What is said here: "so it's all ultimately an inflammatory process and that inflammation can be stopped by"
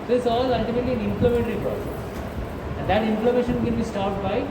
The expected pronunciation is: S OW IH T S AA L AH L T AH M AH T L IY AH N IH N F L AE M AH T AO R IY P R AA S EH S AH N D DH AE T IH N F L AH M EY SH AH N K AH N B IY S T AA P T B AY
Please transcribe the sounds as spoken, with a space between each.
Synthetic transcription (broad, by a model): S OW IH T S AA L AH L T AH M AH T L IY AH N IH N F L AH M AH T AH R IY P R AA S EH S AH N D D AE T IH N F L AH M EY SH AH N K AH N B IY S T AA T B AY